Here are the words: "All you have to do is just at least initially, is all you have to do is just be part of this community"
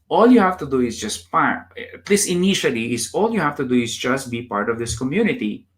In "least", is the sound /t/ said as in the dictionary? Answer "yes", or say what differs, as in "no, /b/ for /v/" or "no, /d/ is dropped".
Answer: no, /t/ is dropped